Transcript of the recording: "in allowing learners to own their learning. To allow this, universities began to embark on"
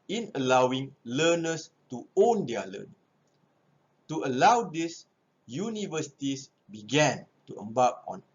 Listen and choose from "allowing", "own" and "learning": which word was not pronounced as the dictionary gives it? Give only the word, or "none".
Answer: learning